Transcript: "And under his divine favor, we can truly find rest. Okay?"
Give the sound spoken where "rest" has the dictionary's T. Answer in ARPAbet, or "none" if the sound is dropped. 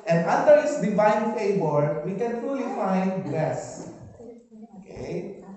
none